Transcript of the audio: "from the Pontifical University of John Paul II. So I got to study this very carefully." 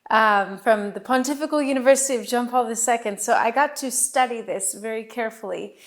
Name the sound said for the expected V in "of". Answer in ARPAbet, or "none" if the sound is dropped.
V